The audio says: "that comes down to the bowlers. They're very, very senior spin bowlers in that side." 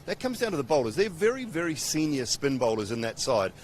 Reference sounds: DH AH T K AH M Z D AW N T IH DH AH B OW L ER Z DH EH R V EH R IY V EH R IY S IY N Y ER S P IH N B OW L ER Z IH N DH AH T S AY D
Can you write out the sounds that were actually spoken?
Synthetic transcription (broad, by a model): DH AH T K AH M Z D AW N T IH DH AH B OW L ER Z DH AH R V EH R IY V EH R IY S IY N Y ER S P IH N B OW L ER Z IH N DH AH T S AY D